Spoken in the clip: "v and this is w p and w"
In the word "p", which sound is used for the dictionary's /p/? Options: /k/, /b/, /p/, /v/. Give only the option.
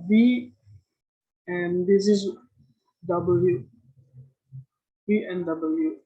/b/